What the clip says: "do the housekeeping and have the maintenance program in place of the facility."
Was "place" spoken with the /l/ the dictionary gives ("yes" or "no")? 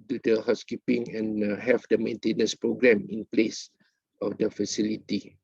yes